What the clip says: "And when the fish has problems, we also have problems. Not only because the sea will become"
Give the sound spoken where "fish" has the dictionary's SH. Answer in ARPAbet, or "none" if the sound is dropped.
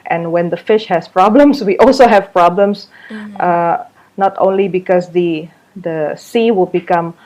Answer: SH